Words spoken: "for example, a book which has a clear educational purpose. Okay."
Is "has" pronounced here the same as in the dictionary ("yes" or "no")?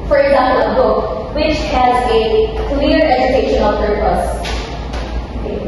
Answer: yes